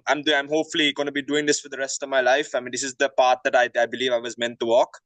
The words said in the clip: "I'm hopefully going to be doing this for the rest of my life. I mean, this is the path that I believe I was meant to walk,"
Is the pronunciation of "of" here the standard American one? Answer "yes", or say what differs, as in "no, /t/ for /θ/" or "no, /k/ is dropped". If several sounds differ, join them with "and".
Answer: yes